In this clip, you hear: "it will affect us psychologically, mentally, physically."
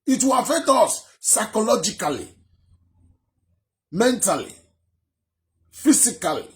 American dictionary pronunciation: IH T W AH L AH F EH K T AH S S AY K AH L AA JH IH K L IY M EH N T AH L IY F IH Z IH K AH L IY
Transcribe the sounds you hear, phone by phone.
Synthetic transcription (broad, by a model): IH T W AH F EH T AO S S AY K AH L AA JH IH K L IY M EH N T AH L IY F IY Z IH K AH L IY